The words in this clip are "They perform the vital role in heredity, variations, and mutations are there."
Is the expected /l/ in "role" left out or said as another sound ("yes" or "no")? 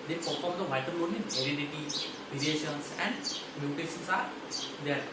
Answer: yes